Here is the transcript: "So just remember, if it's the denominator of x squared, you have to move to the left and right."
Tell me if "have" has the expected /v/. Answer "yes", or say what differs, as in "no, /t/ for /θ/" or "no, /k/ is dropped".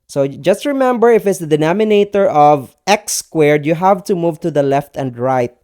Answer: yes